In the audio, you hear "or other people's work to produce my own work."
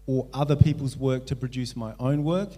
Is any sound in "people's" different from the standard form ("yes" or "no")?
no